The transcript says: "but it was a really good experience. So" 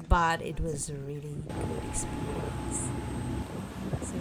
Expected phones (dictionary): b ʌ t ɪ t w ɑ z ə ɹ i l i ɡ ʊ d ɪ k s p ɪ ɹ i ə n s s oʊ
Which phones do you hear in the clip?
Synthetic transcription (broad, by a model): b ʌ t ɪ t w ɑ z ɹ i l i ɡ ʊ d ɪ k s p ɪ ɹ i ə n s s